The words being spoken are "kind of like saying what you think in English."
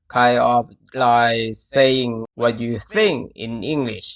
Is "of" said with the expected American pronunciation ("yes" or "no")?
no